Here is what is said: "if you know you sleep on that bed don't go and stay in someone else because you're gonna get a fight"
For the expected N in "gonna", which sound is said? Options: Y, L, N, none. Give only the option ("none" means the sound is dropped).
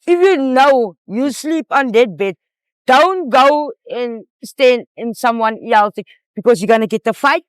N